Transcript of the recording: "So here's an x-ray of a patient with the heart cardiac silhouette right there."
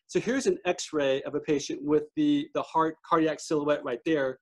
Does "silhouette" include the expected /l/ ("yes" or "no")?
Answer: yes